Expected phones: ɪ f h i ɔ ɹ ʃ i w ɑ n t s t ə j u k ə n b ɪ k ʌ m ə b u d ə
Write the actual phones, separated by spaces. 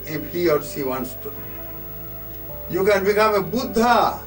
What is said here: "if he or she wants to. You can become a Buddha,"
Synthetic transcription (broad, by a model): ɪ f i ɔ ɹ s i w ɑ n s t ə j u k ə n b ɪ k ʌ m ə b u d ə